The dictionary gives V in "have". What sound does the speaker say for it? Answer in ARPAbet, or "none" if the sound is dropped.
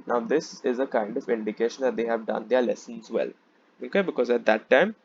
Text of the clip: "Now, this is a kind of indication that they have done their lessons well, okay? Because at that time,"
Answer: V